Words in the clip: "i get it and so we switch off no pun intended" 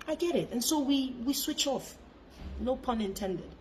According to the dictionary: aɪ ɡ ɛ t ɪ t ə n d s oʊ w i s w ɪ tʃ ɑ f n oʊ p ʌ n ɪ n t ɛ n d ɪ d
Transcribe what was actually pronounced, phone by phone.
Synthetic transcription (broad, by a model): aɪ ɡ ɛ t ɪ t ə n s oʊ w i s w ɪ tʃ ɑ f n oʊ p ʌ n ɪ n t ɛ n d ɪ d